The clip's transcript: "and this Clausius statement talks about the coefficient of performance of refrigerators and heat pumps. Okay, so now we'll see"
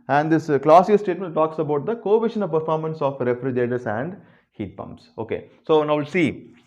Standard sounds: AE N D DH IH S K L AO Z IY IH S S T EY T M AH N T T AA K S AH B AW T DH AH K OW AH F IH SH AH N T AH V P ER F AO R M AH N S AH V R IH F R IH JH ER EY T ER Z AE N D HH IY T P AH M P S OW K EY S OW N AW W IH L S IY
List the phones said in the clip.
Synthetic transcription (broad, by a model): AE N D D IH S K L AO S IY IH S S T EY T M AH N T T AA K S AH B AW T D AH K OW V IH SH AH N AH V P ER F AO R M AH N S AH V R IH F R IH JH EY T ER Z AE N D HH IY T P AH M P S OW K EY S OW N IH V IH L S IY